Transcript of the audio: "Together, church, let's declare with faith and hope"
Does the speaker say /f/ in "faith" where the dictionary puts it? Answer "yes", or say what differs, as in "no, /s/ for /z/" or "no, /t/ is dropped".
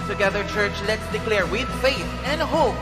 yes